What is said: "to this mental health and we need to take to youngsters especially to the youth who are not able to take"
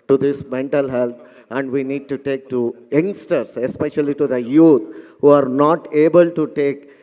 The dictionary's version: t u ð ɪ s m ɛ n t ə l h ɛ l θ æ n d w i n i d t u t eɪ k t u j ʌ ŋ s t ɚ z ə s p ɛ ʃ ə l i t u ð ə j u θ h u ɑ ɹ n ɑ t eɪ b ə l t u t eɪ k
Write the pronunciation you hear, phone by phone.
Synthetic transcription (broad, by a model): t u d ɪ s m ɛ n t ə l h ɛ l t æ n d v i n i d t u t eɪ k t u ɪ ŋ s t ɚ s ə s p ɛ ʃ ə l i t u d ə j u t h u ɑ ɹ n ɑ t eɪ b ə l t u t eɪ k